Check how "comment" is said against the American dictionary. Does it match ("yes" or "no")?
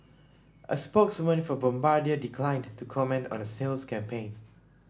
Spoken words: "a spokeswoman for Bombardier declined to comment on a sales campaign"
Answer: yes